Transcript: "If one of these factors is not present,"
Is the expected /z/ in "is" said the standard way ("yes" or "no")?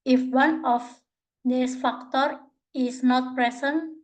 no